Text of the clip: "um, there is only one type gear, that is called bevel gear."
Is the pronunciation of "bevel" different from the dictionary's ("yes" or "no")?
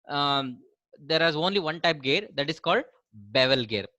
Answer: no